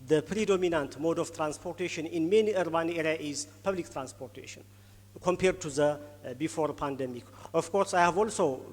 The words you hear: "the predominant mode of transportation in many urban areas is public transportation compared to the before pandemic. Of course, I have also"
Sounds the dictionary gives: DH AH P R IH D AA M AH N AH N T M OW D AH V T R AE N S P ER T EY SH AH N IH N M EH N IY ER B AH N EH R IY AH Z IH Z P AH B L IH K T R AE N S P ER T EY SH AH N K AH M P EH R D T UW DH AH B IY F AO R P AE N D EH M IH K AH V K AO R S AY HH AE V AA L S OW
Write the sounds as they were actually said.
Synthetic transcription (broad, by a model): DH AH P R IH D AA M AH N AH N T M OW D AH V T R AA N S P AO T EY SH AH N IH N M EH N IY ER B AH N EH R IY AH IH Z P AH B L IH K T R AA N S P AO T EY SH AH N K AH M P EH R D T UW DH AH B IY F AO R P AE N D EH M IH K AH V K AO R S AY HH AE V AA L S OW